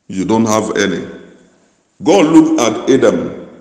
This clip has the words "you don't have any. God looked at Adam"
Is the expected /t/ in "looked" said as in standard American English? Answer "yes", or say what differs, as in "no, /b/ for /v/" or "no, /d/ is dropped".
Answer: no, /t/ is dropped